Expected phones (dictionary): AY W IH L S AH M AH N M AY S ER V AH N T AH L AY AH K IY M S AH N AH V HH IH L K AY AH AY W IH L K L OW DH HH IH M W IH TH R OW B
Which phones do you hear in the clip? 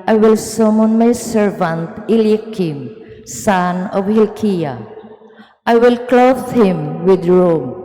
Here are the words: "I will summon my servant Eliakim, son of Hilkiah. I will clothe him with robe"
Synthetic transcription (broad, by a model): AY W IH L S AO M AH N M AY S ER V AH N T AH L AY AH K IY M S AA N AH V HH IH L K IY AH AY W IH L K L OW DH HH IH M W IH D R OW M